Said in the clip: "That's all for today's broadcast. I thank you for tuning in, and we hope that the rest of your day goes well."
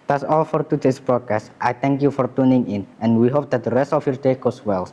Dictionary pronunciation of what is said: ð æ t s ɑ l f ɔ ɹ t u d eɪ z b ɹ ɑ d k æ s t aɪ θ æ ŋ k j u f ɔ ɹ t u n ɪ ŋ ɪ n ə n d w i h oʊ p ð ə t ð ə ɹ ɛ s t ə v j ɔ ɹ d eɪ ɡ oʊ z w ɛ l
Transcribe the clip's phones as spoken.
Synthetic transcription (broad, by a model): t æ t s ɑ l f ɔ ɹ t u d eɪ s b ɹ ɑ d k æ s t aɪ t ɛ ŋ k j u f ɔ ɹ t u n ɪ ŋ ɪ n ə n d w i h oʊ p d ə t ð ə ɹ ɛ s t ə f j ɔ ɹ d eɪ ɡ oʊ s w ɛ l